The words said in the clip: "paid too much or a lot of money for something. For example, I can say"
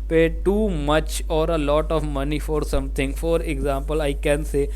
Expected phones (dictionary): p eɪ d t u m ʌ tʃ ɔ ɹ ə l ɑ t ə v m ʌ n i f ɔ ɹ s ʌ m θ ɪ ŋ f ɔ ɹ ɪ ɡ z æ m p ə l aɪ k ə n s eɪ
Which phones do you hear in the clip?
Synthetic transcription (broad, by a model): p eɪ t u m ʌ tʃ ɔ ɹ ə l ɑ t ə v m ʌ n i f ɔ ɹ s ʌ m t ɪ ŋ f ɔ ɹ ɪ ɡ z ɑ m p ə l aɪ k ə n s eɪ